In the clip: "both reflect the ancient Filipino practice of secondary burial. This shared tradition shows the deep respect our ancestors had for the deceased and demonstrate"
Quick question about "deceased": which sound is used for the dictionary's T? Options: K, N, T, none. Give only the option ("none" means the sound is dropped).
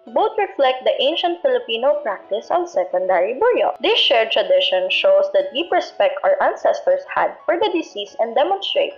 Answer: none